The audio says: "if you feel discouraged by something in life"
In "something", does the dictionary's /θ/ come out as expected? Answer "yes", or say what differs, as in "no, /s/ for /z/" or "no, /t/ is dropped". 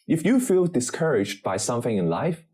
yes